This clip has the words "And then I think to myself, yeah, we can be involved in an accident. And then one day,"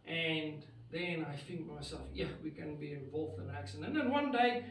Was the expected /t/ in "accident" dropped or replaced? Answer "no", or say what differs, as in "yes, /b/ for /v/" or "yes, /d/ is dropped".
yes, /t/ is dropped